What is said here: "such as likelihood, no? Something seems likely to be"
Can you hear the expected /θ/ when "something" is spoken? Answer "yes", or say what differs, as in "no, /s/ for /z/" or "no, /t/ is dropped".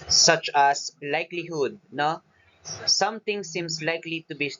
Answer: no, /t/ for /θ/